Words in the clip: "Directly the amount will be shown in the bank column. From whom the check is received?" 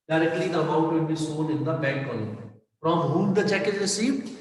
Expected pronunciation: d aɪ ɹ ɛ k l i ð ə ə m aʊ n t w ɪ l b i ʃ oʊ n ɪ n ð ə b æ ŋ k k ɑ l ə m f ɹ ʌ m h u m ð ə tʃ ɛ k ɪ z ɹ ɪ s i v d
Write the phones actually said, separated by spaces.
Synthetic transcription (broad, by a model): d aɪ ɹ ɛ k l i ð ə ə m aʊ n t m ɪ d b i s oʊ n ɪ n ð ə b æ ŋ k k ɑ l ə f ɹ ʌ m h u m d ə tʃ ɛ k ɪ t ɹ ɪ s i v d